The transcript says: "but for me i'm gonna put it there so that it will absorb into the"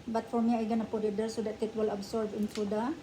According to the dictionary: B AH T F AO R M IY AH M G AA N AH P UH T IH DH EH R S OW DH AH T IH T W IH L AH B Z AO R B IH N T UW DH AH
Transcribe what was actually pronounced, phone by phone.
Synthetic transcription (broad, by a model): B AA T F AO R M IY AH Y G AA N AH P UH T IH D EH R S OW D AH T IH T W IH L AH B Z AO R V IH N S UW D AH